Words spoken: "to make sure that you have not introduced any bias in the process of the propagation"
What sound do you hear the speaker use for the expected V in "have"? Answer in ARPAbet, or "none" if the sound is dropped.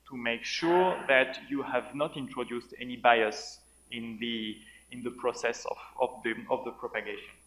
V